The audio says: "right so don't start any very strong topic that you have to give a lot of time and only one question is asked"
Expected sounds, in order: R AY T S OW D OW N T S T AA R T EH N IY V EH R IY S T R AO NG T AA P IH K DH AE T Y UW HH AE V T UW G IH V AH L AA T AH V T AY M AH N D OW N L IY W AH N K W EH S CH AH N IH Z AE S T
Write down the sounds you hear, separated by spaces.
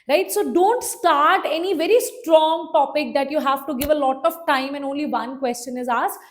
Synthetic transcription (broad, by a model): R AY T S OW D OW N T S T AA R T EH N IY V EH R IY S T R AO NG T AA P IH K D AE T Y UW HH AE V T UW G IH V AH L AA T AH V T AY M AH N D OW N L IY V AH N K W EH S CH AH N IH Z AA S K